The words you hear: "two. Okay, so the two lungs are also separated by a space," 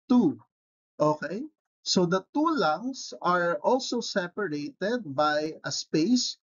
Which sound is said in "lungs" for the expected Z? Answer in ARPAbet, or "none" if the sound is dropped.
S